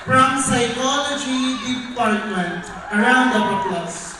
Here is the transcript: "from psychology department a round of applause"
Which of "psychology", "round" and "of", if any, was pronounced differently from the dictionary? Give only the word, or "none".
of